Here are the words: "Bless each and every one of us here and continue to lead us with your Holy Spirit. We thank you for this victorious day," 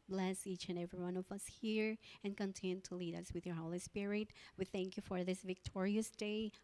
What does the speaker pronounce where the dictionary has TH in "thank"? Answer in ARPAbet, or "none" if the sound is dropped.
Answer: TH